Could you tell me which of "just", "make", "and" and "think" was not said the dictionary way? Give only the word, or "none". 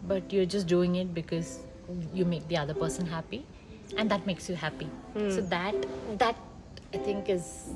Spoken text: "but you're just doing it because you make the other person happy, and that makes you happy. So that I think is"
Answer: think